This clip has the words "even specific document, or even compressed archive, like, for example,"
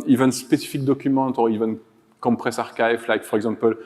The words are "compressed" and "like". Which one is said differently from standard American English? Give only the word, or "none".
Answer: compressed